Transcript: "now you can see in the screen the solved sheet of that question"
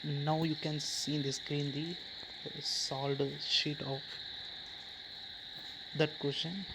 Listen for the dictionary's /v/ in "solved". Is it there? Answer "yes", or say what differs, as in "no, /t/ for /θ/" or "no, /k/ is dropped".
no, /v/ is dropped